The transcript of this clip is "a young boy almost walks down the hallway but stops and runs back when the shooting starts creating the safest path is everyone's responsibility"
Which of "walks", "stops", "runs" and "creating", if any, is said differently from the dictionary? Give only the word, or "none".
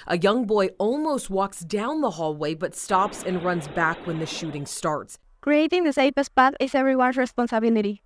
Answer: none